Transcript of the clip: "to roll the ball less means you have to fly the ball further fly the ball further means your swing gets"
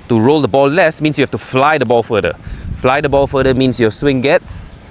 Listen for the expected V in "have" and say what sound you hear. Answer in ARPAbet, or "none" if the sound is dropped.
F